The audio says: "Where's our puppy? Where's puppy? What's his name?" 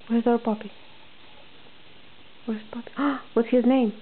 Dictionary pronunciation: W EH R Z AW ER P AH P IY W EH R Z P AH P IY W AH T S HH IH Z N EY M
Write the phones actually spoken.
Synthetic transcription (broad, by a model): W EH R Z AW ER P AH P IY W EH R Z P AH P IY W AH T HH IH Z N EY M